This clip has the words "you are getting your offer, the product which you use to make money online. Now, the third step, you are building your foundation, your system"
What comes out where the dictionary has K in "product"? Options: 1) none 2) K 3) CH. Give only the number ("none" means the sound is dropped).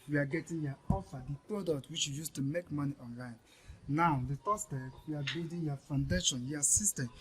2